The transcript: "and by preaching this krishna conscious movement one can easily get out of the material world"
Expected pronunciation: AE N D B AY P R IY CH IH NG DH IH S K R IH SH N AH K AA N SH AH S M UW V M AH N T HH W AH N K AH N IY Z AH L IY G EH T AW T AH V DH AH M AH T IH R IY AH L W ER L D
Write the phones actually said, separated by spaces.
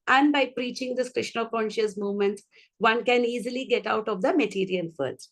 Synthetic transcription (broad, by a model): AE N D B AY P R IY CH IH NG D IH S K R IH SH N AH K AA N SH AH S M UW V M AH N T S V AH N K AH N IY Z AH L IY G EH T AW T AH V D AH M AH T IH R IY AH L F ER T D